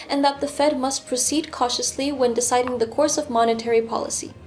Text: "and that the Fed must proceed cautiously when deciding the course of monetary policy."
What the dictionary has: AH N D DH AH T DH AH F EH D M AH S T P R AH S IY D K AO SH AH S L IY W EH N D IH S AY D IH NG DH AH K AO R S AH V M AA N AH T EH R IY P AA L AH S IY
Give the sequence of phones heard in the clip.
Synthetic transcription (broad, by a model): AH N DH AH T DH AH F EH D M AH S T P R AH S IY D K AO SH AH S L IY W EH N D IH S AY D IH NG DH AH K AO R S AH V M AA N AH T EH R IY P AA L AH S IY